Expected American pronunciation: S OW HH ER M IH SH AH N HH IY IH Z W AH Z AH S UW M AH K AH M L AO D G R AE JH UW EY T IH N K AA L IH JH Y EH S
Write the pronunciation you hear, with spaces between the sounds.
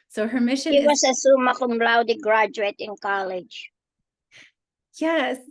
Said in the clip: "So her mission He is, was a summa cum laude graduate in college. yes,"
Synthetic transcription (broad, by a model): S OW HH ER M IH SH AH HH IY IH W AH S AH S UW M AH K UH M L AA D G R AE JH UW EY T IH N K AA L IH JH Y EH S